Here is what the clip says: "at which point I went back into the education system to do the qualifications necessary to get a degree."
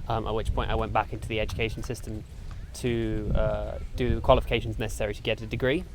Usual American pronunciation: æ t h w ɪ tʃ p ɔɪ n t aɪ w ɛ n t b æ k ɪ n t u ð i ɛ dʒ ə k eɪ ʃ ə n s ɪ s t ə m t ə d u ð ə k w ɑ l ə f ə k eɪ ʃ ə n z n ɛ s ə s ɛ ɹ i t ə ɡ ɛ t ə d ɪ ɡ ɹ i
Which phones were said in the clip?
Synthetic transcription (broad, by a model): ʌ t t w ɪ tʃ p ɔɪ n t aɪ w ɛ n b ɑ k ɪ n t u ð i ɛ dʒ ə k eɪ ʃ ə n s ɪ s t ə m t ə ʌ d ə k w ɑ l ə f ə k eɪ ʃ ə n z n ɛ s ə s ɛ ɹ i t ə ɡ ɛ t ə d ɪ ɡ ɹ i